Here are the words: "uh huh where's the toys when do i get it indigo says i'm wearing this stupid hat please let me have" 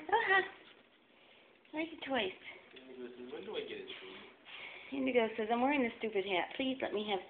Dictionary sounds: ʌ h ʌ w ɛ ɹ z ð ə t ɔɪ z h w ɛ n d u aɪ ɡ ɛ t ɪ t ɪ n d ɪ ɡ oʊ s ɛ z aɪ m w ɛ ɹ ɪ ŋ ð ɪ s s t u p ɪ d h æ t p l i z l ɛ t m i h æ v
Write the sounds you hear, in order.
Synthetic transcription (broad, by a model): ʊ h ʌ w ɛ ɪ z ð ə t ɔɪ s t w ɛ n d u aɪ ɡ ɛ t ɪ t ɪ n d ɪ ɡ oʊ s ɛ z aɪ m w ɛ ɹ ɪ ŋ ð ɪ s s t u p ɪ d h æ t p l i z l ɛ t m i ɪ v